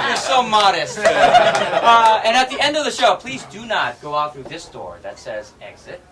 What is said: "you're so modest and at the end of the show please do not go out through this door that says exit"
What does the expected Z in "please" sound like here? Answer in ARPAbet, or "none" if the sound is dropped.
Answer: Z